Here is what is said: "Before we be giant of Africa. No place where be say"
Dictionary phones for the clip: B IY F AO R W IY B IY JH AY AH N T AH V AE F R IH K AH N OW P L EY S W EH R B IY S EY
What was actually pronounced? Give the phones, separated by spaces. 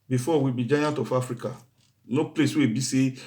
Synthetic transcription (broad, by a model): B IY F AO W IY B IY JH AY AH N T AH F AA F R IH K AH N OW P L EY S W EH B IY S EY